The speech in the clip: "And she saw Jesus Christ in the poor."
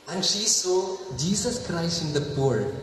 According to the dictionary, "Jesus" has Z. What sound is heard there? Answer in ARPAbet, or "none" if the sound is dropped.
S